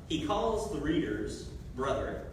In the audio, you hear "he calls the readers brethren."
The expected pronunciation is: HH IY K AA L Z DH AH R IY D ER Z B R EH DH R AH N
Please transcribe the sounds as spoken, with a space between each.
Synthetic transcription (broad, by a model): HH IY K AA L Z DH AH R IY D ER Z B R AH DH AH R